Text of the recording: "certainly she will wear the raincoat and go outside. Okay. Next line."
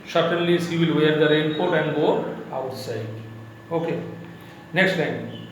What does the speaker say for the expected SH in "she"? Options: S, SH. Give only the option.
S